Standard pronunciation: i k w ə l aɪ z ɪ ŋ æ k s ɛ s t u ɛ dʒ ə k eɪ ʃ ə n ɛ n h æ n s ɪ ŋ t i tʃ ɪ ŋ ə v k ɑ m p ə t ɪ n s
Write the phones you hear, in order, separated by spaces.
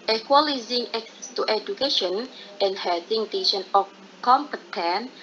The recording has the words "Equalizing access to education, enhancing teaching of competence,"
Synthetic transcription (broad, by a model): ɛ k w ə l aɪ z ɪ ŋ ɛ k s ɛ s t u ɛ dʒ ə k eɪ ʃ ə n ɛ n h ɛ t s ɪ ŋ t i ʃ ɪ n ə f k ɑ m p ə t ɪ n